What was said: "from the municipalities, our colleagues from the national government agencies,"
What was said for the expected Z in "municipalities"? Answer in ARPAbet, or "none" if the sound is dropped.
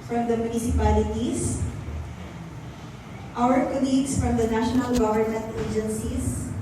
S